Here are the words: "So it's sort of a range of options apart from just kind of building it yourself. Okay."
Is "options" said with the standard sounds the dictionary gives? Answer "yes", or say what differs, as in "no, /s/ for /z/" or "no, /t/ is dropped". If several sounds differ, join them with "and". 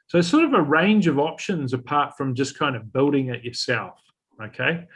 yes